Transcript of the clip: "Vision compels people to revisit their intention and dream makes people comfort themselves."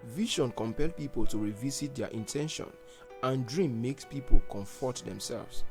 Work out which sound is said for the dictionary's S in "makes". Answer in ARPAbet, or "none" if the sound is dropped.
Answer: S